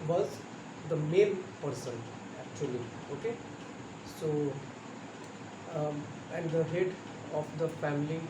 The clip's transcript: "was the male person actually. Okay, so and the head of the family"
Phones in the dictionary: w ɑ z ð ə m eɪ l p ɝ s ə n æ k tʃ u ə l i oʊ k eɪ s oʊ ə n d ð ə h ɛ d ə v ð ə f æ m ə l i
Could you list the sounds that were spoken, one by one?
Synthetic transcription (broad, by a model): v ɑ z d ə m eɪ n p ɝ s ə n æ k tʃ u ə l i oʊ k eɪ s oʊ ə n d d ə h ɛ d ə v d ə f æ m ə l i